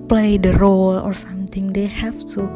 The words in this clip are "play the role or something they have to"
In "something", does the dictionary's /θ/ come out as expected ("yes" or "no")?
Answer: no